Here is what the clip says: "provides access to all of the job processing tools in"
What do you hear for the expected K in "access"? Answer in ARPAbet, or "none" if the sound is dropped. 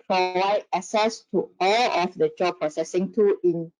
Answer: none